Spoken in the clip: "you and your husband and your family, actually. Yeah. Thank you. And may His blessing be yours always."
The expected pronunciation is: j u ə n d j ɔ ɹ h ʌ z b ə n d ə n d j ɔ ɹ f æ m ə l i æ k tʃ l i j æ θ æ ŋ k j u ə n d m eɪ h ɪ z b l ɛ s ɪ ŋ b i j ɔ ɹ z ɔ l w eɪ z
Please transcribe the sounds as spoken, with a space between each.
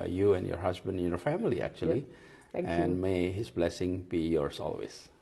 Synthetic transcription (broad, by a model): j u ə n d j ɔ ɹ h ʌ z b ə n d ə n j ɔ ɹ f æ m ə l i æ k tʃ i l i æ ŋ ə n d m eɪ h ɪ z b l ɛ s ɪ ŋ b i j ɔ ɹ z ɔ l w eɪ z